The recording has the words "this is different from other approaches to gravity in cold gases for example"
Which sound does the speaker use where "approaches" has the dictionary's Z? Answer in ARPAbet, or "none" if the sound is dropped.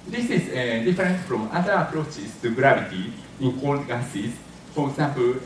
S